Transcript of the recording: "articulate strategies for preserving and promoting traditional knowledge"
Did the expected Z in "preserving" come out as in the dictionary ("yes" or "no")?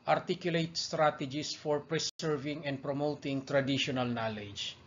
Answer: no